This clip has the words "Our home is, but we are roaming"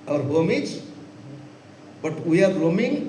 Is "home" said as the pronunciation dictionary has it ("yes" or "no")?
yes